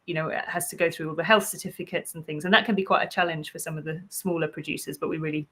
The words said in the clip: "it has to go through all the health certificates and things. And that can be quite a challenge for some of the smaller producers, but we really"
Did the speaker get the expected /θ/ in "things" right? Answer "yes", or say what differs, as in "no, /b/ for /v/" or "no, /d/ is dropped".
yes